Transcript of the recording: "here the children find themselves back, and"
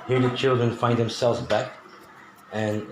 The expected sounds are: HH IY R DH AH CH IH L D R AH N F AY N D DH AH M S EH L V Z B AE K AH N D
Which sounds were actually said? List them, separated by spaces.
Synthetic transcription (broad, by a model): HH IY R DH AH CH IH L D R AH N F AY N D DH AH M S EH L V Z B AE K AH N